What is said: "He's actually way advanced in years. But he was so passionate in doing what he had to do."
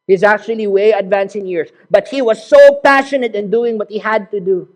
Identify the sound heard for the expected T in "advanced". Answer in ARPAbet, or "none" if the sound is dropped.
none